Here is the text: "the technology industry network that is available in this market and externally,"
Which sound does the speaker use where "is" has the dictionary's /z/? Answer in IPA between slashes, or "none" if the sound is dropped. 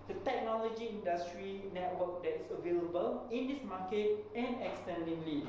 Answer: /s/